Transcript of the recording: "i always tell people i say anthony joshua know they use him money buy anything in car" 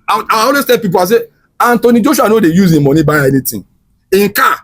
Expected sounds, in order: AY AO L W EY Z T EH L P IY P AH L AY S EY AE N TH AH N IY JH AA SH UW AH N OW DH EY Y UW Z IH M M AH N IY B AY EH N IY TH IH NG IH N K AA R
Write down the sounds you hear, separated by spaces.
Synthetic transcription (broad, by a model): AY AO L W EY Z T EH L P IY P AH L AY S EY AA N T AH N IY JH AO SH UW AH N OW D EY Y UW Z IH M M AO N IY B AY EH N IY T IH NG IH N K AA